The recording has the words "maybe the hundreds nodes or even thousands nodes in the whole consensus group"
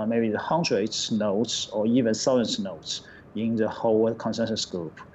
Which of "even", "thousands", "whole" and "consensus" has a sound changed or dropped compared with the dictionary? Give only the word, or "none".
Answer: thousands